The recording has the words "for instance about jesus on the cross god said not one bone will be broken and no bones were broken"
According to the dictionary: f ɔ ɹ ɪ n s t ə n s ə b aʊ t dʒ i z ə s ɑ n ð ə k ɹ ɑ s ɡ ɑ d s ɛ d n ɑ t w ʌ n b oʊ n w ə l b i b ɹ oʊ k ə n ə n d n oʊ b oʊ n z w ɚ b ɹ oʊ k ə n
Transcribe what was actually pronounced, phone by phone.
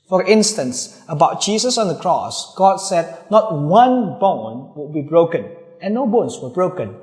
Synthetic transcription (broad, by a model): f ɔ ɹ ɪ n s t ə n s ə b aʊ t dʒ i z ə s ɑ n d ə k ɹ ɑ s ɡ ɑ d s ɛ d n ɑ t w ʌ n b oʊ n w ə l b i b ɹ oʊ k ə n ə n n oʊ b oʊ n s w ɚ b ɹ oʊ k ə n